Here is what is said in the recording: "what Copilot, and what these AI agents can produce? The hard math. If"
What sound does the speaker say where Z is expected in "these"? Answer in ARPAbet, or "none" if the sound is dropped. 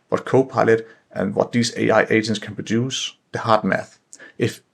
S